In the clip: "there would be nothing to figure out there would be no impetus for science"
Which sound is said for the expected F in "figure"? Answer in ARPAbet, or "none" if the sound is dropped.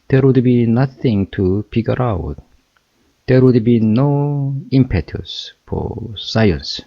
P